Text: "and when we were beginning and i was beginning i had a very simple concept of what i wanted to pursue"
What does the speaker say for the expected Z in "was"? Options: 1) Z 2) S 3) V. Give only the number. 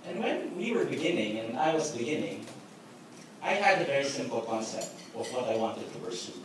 1